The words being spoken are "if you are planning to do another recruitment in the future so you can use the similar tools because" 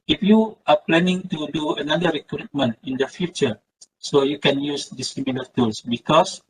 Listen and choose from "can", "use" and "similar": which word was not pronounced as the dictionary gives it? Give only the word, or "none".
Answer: similar